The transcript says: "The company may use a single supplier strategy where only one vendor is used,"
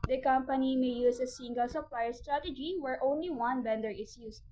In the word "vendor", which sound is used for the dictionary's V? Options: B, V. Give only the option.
B